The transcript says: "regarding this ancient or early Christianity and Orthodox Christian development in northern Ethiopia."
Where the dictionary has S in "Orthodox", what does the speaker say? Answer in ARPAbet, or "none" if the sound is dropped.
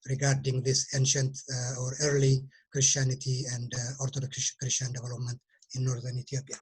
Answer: SH